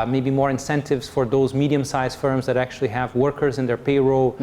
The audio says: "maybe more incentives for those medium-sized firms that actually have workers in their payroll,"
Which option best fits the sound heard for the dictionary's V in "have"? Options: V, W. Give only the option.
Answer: V